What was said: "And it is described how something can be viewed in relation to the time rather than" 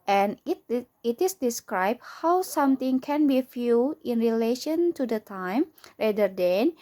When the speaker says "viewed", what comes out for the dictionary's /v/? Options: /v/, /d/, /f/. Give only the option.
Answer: /f/